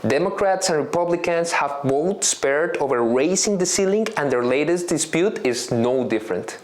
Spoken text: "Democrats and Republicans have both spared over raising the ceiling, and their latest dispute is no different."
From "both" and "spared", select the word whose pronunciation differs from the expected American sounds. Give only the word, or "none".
none